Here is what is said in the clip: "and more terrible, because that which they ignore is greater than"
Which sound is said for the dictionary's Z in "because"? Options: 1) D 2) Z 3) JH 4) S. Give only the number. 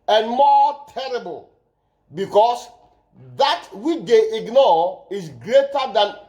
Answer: 4